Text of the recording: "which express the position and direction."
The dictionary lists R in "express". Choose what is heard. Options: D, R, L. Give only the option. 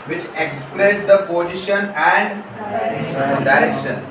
L